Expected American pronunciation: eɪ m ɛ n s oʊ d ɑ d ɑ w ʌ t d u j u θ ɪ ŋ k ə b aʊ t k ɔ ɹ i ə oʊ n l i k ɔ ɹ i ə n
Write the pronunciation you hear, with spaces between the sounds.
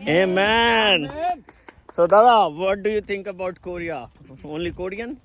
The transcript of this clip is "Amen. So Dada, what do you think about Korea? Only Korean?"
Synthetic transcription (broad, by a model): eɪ m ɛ n s oʊ d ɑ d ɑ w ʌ t d u j u t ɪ ŋ k ə b aʊ t k ɔ ɹ i ə oʊ n l i k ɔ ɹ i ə n